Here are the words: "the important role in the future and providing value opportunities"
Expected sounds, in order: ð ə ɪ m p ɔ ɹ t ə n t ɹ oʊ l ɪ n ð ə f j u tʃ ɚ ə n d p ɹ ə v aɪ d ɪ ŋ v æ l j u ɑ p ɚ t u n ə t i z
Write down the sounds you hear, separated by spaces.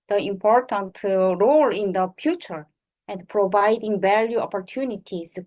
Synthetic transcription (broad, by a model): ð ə ɪ m p ɔ ɹ t ə n t ɹ oʊ l ɪ n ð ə f j u tʃ ɚ ə n d p ɹ ə v aɪ d ɪ ŋ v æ l j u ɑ p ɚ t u n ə t i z